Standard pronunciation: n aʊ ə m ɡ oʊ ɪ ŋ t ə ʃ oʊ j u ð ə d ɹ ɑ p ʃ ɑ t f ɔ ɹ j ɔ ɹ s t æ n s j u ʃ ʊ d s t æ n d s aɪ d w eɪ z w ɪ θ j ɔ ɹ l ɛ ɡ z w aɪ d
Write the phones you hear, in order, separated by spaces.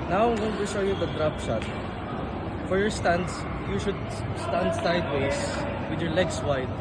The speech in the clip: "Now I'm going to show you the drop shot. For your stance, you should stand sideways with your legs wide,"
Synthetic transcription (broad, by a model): n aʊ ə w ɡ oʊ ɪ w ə ʃ oʊ j u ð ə d ɹ ɑ p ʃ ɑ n f ɔ ɹ j ɔ ɹ s t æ n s j u ʃ ʊ d s t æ n d s aɪ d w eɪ s w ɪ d j ɔ ɹ l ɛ ɡ s w aɪ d